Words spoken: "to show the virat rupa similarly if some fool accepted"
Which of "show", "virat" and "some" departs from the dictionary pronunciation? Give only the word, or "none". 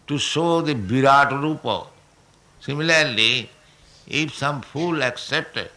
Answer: virat